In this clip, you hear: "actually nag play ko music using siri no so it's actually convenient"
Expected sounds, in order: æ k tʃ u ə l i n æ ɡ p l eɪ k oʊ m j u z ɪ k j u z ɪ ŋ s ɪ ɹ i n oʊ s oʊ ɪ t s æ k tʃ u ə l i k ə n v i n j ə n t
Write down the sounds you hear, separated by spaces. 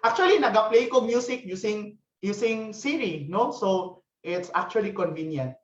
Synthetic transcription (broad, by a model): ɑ k tʃ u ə l i n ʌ ɡ p l eɪ k oʊ m j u s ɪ k j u s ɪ ŋ s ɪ ɹ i n oʊ s oʊ ɪ t s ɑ k tʃ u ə l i k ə n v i n j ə n t